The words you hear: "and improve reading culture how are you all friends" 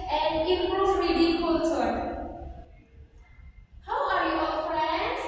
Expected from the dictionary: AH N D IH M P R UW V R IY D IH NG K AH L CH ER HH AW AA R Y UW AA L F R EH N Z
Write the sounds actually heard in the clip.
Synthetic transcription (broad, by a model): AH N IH P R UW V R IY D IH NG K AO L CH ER HH AW AA R Y UW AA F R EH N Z